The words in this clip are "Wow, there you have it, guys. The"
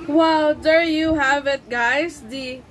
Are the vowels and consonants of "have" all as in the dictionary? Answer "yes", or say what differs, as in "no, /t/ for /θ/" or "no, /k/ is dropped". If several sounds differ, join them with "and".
yes